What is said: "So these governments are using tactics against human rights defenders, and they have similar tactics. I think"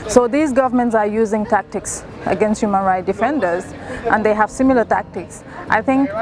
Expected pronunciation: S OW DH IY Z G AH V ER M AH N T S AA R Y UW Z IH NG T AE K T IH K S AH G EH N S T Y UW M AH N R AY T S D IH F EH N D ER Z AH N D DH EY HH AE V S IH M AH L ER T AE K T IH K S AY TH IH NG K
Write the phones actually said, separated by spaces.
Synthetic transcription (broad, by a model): S OW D IY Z G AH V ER M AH N T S AA R Y UW Z IH NG T AE K T IH K S AH G EH N S T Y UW M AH N R AY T D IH F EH N D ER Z AH N D EY HH AE V S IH M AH L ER T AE K T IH K S AY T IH NG K